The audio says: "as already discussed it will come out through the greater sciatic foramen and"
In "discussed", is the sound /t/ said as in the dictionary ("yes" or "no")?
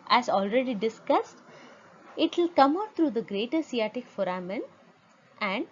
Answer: yes